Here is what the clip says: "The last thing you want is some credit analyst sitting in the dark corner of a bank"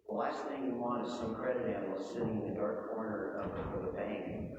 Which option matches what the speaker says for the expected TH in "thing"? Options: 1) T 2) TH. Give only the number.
2